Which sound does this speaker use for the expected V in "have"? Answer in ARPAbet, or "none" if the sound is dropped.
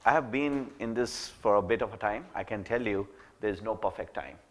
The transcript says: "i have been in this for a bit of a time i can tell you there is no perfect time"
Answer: V